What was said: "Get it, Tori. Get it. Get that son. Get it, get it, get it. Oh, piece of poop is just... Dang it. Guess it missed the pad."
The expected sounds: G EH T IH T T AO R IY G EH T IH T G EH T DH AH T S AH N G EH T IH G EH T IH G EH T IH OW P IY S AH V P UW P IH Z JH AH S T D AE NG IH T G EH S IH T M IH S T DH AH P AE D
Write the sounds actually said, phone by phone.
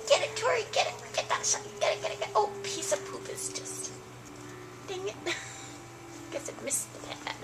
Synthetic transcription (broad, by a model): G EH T IH T T AO R IY G EH T IH T G EH T DH AH T SH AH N G EH T IH G EH T IH G EH T IH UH P IY S AH V P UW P IH Z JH AH S T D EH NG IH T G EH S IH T M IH S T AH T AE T